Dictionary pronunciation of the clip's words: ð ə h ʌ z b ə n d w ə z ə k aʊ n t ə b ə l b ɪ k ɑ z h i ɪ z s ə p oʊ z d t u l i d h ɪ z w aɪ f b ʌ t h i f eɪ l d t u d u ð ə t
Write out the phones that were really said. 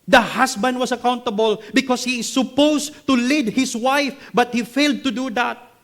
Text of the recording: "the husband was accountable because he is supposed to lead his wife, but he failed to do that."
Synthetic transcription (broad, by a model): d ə h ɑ s b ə n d w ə s ə k aʊ n t ə b ə l b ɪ k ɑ s h i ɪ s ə p oʊ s t u l i d h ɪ s w aɪ f b ʌ t h i f eɪ l d t u d u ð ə t